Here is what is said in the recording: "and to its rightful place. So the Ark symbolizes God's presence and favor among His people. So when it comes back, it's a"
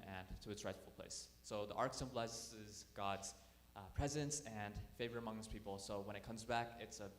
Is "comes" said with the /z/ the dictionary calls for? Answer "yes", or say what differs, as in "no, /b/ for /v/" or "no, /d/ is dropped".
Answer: yes